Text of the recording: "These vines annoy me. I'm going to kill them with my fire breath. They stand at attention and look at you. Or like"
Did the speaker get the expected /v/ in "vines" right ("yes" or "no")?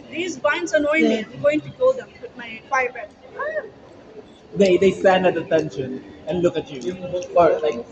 no